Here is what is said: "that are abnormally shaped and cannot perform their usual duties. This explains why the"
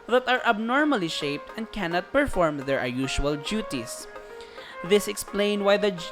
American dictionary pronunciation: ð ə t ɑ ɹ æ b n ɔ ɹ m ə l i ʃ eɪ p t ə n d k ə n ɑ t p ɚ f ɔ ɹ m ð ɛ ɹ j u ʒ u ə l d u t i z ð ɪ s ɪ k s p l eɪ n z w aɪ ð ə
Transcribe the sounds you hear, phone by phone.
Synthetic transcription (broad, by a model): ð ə t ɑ ɹ æ b n ɔ ɹ m ə l i ʃ eɪ p t ə n d k ə n ɑ t p ɚ f ɔ ɹ m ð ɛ ɹ j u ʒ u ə l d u t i s ð ɪ s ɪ k s p l eɪ n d w aɪ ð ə